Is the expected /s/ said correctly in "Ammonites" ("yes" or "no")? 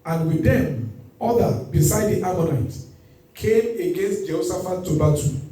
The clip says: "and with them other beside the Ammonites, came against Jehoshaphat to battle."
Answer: no